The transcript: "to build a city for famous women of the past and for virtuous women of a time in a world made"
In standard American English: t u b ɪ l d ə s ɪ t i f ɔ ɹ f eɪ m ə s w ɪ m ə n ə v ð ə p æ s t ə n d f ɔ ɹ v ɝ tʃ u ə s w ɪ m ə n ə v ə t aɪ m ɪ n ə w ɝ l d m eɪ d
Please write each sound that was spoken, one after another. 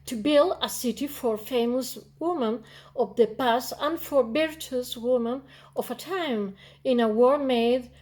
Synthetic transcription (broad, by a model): t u b ɪ l d ə s ɪ t i f ɔ ɹ f eɪ m ə s w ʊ m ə n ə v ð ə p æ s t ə n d f ɔ ɹ b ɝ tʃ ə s w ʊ m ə n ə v ə t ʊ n ɪ n ə w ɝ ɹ m eɪ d